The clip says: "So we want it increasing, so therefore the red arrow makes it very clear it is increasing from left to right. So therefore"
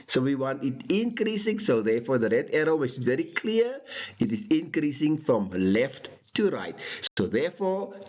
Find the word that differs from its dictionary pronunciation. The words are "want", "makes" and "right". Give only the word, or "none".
makes